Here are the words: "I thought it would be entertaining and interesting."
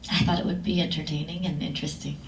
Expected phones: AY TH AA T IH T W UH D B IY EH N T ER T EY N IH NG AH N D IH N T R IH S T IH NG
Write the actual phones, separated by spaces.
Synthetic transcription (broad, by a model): AY TH AA T IH T W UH D B IY EH N T ER T EY N IH NG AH N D IH N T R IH S T IH NG